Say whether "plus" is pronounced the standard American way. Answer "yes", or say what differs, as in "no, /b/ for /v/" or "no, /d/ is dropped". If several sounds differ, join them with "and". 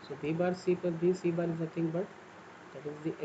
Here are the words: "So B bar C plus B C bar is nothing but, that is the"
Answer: no, /l/ is dropped